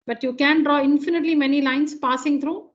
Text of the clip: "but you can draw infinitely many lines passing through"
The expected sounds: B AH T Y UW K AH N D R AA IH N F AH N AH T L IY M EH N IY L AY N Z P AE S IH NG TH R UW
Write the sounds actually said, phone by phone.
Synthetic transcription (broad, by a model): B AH T Y UW K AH N D R AA IH N F AH N AH T L IY M EH N IY L AY N S P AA S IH NG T R UW